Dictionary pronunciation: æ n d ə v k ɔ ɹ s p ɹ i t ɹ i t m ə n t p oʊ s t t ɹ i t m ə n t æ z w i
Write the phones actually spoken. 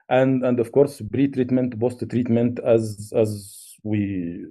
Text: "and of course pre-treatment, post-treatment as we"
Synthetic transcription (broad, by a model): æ n d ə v k ɔ ɹ s b ɹ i t ɹ i t m ə n t b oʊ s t t ɹ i t m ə n t æ z w i